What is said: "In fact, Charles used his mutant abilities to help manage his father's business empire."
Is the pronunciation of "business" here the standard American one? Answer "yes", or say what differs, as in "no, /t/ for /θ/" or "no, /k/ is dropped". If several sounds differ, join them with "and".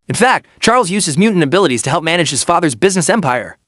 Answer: yes